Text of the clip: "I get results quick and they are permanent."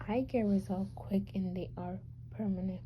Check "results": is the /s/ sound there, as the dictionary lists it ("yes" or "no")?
no